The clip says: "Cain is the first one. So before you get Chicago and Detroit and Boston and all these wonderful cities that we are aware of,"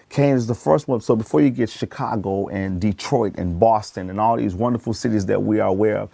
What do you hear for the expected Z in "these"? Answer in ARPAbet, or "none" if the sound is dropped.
Z